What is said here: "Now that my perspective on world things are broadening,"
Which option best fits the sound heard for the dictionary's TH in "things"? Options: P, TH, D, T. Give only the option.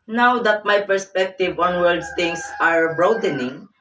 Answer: T